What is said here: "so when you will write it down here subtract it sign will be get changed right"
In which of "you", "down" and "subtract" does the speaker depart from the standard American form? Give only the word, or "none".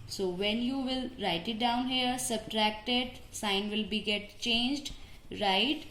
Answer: none